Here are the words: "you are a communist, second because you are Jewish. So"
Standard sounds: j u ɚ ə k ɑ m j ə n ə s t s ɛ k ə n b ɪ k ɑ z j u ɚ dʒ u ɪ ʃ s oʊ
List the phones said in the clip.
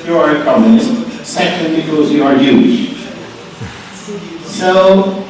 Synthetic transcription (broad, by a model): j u ɚ ə k ɑ m j ə n ə s t s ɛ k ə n b ɪ k ɑ z j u ɚ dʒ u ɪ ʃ s oʊ